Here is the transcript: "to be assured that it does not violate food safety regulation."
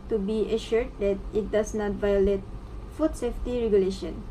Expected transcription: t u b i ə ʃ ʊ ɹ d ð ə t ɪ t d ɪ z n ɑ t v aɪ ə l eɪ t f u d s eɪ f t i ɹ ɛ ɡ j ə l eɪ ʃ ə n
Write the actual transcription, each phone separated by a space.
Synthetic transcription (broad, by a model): t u b i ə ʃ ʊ ɹ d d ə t ɪ t d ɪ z n ɑ t v aɪ ə l eɪ t f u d s eɪ f t i ɹ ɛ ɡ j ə l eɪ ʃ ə n